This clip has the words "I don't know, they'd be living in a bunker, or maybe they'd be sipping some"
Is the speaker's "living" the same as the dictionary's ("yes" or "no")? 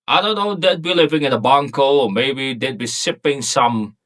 yes